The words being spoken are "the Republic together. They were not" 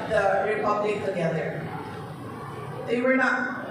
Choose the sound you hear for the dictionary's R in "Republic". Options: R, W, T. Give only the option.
R